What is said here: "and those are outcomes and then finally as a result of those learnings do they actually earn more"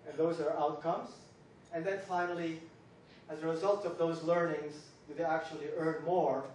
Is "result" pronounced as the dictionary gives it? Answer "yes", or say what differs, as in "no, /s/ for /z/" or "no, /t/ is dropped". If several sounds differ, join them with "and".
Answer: yes